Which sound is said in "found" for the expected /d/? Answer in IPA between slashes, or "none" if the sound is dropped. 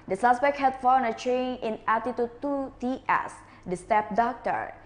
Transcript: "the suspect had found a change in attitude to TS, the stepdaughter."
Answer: none